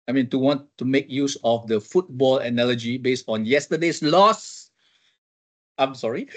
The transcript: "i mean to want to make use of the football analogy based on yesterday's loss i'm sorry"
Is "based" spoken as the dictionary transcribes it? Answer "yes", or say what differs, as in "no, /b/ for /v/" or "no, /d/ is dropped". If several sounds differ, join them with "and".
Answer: yes